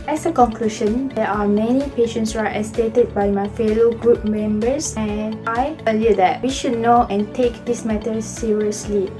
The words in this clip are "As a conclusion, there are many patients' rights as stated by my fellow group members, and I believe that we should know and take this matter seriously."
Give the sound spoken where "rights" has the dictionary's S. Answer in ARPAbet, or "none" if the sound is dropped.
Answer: none